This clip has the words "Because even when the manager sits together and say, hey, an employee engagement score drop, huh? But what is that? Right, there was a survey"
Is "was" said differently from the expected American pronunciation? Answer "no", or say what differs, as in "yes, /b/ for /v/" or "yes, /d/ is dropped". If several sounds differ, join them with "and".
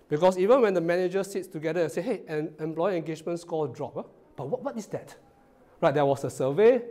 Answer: yes, /s/ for /z/